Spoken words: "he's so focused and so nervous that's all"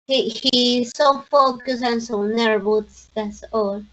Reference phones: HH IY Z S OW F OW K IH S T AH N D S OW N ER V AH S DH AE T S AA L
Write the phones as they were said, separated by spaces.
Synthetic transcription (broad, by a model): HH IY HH S OW F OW K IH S AH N S OW N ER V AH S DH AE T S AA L